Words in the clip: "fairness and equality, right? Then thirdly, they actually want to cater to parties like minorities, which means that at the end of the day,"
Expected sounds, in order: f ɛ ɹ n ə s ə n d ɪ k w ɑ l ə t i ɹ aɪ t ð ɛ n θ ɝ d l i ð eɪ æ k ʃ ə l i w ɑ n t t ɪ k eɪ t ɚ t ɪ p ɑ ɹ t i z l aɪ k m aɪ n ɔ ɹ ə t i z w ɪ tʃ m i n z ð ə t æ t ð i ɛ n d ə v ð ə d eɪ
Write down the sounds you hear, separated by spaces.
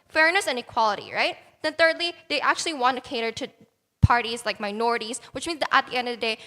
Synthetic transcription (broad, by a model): f ɛ ɹ n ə s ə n ɪ k w ɑ l ə t i ɹ aɪ t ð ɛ n θ ɝ d l i ð eɪ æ k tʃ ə l i w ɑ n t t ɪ k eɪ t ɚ t ɪ p ɑ ɹ t i z l aɪ k m aɪ n ɔ ɹ ə t i z w ɪ tʃ m i n z ð ə t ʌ t ð i ɛ n d ə v ð ə d eɪ